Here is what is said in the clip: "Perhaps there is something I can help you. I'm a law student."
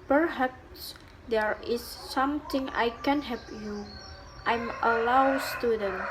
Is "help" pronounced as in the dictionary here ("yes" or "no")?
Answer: no